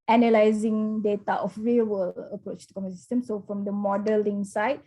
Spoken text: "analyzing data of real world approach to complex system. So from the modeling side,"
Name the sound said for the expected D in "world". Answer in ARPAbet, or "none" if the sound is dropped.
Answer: none